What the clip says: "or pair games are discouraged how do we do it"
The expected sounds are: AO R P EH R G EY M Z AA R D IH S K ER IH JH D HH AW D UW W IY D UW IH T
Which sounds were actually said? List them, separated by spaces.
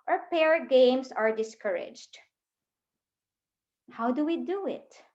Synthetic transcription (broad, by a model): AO R P EH R G EY M S AA R D IH S K ER IH JH D HH AW D UW W IY D UW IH T